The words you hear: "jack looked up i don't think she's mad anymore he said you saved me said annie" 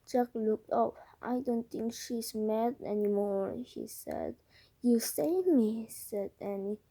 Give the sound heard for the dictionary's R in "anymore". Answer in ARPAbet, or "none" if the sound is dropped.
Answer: R